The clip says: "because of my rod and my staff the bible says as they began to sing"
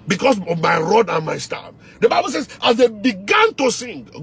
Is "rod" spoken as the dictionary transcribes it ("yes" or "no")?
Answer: yes